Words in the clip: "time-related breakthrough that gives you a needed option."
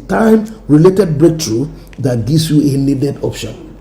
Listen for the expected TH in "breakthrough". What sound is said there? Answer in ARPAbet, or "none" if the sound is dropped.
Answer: T